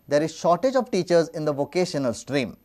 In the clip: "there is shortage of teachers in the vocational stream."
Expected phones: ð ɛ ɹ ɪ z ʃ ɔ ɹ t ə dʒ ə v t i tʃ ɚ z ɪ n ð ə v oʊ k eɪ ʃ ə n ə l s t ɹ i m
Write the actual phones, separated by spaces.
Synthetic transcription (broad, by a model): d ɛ ɹ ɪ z ʃ ɔ ɹ t ə dʒ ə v t i tʃ ɚ z ɪ n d ə v oʊ k eɪ ʃ ə n ə l s t ɹ i m